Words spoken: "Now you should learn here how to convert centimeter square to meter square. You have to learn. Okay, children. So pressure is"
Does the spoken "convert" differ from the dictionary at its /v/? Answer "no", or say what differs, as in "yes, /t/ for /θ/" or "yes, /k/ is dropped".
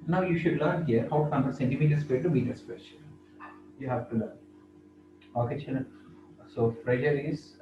yes, /v/ is dropped